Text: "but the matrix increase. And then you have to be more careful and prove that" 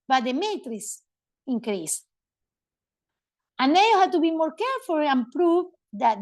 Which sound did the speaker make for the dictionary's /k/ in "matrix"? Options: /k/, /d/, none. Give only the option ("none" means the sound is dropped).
none